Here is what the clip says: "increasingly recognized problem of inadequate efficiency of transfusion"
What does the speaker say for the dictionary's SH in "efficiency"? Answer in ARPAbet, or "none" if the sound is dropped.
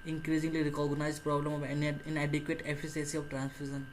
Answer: S